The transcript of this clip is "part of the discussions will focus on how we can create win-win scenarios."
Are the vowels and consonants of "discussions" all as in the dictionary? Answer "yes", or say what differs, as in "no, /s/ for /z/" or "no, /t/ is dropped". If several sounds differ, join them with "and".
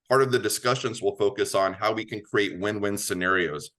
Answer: yes